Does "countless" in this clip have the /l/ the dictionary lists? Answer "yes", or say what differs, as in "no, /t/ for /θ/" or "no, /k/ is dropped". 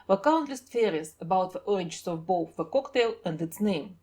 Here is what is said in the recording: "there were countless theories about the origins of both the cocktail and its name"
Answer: yes